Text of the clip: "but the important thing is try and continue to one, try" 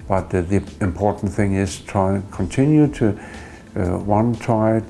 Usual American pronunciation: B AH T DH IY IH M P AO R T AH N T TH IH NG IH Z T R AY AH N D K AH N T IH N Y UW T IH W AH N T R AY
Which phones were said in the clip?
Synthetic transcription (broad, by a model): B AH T DH IY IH M P AO R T N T TH IH NG IH Z T R AY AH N K AH N T IH N Y UW T IH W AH N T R AY